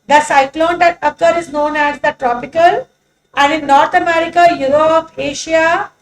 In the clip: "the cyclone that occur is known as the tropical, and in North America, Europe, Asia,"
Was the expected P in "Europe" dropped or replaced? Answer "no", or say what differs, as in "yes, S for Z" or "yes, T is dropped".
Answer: yes, F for P